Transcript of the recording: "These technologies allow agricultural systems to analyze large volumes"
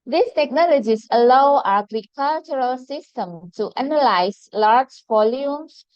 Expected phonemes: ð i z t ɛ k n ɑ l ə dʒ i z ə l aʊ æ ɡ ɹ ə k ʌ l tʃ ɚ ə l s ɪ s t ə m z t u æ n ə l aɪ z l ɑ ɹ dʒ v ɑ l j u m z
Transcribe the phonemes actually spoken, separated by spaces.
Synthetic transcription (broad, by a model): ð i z t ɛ k n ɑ l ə dʒ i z ə l aʊ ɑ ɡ ɹ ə k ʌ l tʃ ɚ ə l s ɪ s t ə m t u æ n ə l aɪ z l ɑ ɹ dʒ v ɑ l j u m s